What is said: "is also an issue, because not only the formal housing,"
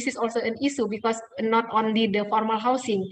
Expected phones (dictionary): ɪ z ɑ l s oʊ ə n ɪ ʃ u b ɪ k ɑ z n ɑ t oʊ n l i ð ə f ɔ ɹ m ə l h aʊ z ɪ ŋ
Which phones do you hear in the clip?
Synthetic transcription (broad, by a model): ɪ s ɑ l s oʊ ə n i s u b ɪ k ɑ s n ɑ t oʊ n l i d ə f ɔ ɹ m ə l h aʊ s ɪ ŋ